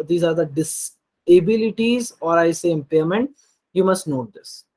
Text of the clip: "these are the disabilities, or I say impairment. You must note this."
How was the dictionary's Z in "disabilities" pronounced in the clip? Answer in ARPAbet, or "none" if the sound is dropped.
Z